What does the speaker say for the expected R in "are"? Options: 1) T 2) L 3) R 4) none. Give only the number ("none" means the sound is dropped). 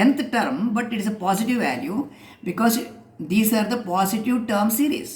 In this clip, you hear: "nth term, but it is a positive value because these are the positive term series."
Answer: 3